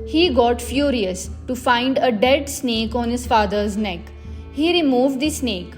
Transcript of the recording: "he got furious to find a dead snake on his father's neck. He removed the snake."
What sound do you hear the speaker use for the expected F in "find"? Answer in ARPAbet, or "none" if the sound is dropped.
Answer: F